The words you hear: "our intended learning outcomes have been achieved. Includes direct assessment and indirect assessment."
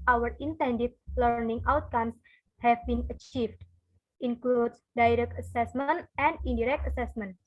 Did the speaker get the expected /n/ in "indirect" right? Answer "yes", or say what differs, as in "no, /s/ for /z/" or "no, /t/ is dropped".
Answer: no, /n/ is dropped